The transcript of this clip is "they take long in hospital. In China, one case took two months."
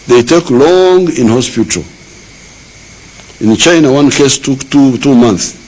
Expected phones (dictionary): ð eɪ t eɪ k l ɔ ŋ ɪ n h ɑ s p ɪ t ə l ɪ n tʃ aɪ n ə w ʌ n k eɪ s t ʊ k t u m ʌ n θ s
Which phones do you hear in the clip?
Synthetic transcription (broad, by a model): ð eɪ t eɪ k l ɔ ŋ ɪ n h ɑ s p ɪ t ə l ɪ n tʃ aɪ n ə w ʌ n k eɪ s t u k t u m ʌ n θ s